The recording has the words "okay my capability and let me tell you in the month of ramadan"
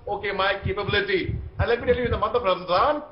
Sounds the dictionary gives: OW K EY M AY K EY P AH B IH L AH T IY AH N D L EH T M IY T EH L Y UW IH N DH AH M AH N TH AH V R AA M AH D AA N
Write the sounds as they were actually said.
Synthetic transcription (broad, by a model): OW K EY M AY K EY P AH B IH L AH T IY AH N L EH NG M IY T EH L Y IH N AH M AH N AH P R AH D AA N